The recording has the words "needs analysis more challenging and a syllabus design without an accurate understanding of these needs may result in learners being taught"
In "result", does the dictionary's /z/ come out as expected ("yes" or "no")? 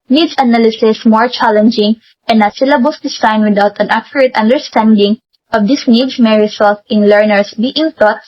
no